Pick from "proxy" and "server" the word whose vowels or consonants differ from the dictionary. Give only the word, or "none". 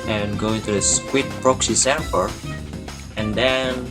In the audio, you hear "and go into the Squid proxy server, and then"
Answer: server